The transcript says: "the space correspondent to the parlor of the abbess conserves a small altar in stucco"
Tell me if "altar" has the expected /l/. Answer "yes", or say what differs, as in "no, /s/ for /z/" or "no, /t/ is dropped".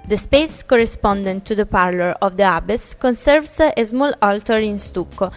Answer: yes